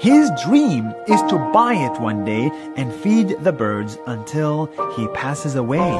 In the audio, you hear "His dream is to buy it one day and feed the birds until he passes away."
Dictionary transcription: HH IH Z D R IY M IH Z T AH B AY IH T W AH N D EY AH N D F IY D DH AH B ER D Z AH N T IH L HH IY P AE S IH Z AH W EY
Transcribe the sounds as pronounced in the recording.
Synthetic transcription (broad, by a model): HH IH Z D R IY M IH Z T AH B AY IH T W AH N D EY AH N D F IY D DH AH B ER D Z AH N T IH L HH IY P AE S IH Z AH W EY